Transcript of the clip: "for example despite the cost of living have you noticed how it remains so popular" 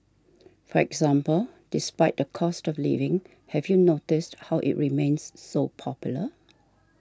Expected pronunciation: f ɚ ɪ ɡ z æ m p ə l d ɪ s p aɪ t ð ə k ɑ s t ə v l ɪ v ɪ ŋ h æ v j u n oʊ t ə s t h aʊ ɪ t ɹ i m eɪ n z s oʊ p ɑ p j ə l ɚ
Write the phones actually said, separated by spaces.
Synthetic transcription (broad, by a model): f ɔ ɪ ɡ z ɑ m p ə l d ɪ s p aɪ t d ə k ɑ s t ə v l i v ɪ ŋ h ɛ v j u n oʊ t ə s t h aʊ ɪ t ɹ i m eɪ n s oʊ p ɑ p j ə l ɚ